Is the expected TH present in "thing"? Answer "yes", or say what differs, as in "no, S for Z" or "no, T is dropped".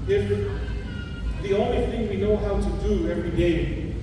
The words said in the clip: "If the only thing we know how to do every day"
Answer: yes